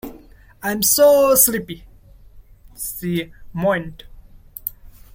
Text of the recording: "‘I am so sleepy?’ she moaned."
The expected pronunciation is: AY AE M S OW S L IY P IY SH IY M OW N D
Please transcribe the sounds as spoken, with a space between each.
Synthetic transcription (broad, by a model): AY M S OW S L IY P IY S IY M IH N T